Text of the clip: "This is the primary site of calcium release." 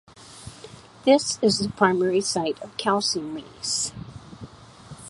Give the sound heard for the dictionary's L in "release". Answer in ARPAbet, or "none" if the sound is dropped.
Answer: none